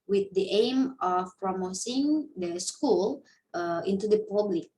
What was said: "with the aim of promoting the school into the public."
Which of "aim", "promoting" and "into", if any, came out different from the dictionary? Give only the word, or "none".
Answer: promoting